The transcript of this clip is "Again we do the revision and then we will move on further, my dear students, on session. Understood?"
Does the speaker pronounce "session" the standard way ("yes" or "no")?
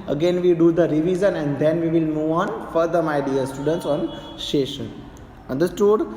no